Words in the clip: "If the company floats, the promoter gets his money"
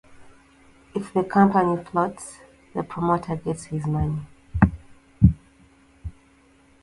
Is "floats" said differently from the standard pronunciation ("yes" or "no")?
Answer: yes